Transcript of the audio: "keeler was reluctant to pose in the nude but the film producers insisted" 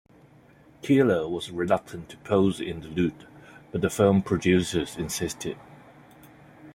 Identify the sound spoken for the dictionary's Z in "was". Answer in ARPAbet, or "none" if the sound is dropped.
Z